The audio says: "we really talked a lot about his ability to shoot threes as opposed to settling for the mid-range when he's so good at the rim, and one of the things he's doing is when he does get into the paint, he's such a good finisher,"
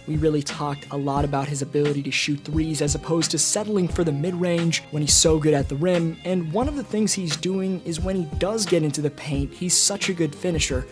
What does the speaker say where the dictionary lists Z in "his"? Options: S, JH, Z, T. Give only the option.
Z